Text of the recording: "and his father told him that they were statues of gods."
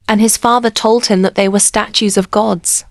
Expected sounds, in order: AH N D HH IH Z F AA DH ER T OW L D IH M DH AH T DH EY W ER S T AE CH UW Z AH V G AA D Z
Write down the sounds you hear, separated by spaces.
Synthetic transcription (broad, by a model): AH N IH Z F AA DH ER T OW L D IH M DH AH T DH EY W ER S T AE CH UW Z AH V G AA D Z